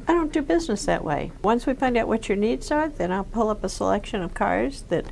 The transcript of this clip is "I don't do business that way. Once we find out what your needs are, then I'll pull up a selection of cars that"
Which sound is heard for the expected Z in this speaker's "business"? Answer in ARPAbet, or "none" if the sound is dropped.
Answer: Z